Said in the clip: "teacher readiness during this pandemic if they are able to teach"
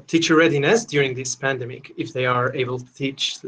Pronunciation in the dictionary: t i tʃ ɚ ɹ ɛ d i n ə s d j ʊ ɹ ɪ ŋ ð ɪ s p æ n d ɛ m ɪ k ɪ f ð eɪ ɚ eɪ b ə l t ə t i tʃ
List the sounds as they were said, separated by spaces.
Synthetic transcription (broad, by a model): t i tʃ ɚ ɹ ɛ d i n ə s d j ʊ ɹ ɪ ŋ ð ɪ s p æ n d ɛ m ɪ k ɪ f ð eɪ ɚ eɪ b ə l t ə t i tʃ